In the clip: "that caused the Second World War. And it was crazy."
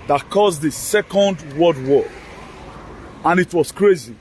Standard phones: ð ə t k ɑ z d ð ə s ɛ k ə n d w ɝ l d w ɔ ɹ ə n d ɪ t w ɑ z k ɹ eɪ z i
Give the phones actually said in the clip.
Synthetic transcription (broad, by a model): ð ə t k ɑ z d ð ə s ɛ k ə n d w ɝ d w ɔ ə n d ɪ t w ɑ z k ɹ eɪ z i